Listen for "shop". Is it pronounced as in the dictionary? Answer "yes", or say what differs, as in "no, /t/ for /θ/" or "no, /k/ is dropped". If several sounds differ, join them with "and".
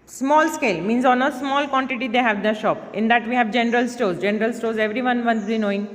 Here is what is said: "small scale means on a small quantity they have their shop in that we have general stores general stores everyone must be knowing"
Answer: yes